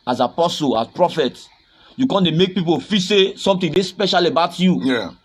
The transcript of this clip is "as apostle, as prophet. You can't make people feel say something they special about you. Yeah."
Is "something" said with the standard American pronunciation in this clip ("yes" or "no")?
no